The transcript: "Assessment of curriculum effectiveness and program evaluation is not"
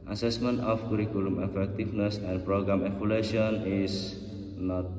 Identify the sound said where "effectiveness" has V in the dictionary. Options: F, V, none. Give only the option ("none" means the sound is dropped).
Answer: F